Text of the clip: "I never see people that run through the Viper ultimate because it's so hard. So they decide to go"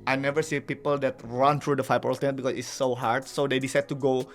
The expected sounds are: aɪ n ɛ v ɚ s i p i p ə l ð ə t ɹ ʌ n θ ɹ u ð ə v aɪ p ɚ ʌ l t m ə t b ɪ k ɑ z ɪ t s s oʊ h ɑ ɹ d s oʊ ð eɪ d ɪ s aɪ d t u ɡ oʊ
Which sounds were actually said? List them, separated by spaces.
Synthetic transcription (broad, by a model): aɪ n ɛ v ɚ s i p i p ə l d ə t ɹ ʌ n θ ɹ u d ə f aɪ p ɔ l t ə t b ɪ k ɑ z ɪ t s s oʊ h ɑ ɹ d s oʊ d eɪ d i s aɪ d t u ɡ oʊ